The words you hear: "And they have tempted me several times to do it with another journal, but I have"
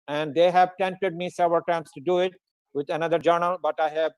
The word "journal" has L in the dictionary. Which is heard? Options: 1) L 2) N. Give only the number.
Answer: 1